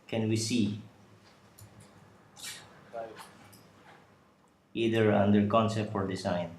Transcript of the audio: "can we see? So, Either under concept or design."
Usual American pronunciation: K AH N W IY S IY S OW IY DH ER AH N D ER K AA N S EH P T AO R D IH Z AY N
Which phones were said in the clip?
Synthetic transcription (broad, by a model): K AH N W IY S IY IY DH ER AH N D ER K AA N S EH P T AO R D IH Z AY N